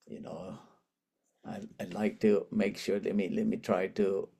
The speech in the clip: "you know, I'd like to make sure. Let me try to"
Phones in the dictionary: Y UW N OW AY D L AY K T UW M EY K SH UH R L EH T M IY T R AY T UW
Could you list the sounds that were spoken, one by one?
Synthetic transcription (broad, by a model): Y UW N OW AY L AY K T UW M EY K SH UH L L EH T M IY T R AY T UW